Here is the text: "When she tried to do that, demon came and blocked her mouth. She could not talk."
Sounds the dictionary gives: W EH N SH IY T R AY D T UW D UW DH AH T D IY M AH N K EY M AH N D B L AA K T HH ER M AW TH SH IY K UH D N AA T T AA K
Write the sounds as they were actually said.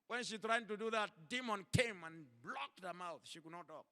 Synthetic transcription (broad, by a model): W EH N SH IY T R AY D T UW D UW DH AH T D IY M AH N K EY M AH N B L AA K T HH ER M AW TH SH IY K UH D N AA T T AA K